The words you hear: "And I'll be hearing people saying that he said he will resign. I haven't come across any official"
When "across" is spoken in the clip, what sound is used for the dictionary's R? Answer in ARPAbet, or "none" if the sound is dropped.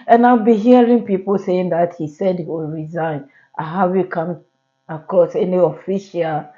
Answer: none